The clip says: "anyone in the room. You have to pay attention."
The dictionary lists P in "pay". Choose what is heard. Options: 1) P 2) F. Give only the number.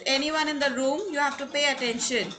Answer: 1